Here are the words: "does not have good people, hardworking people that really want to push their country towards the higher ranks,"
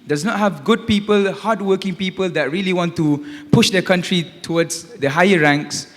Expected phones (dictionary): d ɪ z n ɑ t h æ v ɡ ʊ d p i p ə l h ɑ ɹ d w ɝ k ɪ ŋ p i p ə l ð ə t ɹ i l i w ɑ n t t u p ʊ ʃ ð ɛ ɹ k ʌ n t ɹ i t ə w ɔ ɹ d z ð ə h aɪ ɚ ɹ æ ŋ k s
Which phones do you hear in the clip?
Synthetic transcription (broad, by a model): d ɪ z n ɑ t h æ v ɡ ʊ d p i p ə l h ɑ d w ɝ k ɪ ŋ p i p ə l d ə t ɹ i l i w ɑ n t t u p ʊ ʃ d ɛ k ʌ n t ɹ i t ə w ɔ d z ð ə h aɪ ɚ ɹ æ ŋ k s